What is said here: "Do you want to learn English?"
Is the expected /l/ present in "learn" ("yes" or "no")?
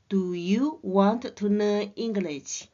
no